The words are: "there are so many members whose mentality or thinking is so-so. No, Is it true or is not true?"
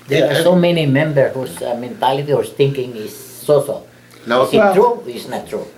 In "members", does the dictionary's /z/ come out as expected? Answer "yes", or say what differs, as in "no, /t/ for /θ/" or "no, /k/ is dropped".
no, /z/ is dropped